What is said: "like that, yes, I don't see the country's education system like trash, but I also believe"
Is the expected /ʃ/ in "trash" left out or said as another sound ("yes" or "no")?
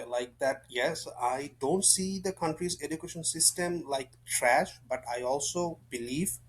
no